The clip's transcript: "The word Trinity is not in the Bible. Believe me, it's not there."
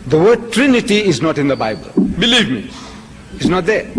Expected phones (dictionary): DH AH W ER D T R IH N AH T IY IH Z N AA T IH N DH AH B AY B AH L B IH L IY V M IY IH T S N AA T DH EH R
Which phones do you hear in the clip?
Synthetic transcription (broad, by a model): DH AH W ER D T R IH N AH T IY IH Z N AA T IH N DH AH B AY B AH L B IH L IY V M IY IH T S N AA T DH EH